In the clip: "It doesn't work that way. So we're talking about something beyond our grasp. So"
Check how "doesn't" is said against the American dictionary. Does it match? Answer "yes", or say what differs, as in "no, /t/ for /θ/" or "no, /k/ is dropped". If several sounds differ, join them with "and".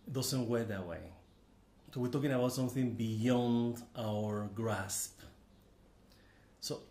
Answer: no, /s/ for /z/